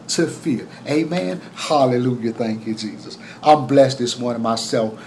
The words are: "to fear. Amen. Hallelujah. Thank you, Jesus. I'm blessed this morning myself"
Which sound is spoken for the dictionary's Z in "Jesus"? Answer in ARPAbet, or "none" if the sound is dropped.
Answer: Z